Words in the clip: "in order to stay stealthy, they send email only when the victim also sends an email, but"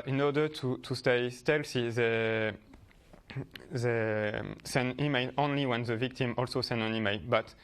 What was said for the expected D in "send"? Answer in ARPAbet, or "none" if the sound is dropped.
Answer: none